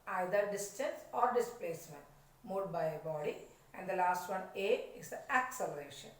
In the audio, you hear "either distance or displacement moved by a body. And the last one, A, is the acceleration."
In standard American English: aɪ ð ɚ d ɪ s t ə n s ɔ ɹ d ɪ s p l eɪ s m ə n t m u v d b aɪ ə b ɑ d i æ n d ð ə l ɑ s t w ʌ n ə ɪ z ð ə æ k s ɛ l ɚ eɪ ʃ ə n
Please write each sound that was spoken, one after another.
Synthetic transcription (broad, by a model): aɪ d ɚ d ɪ s t ə n s ɔ ɹ d ɪ s p l eɪ s m ə n t m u d b aɪ ə b ɑ d i æ n d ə l ɑ s t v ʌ n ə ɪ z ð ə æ k s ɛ l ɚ eɪ ʃ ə n